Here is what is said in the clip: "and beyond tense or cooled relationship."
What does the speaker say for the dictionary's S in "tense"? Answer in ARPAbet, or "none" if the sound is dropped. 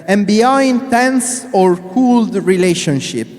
S